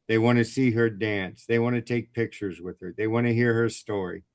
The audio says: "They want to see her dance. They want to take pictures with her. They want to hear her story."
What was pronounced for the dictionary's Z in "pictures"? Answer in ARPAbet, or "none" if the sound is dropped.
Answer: Z